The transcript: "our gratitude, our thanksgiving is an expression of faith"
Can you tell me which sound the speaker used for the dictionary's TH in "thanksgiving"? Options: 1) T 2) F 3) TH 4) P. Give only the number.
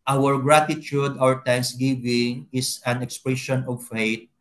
1